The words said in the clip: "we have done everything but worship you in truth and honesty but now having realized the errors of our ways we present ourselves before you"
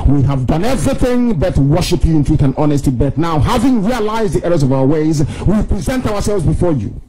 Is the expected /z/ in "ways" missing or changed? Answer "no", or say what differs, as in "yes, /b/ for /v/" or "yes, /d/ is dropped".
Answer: no